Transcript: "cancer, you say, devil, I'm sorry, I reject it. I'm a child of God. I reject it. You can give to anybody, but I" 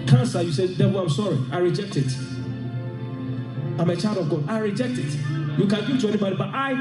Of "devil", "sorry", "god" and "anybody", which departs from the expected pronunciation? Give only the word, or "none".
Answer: devil